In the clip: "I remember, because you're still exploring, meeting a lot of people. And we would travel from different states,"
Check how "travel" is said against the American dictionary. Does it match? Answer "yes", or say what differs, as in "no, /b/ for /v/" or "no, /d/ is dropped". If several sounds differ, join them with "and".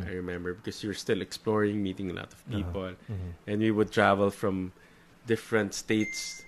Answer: yes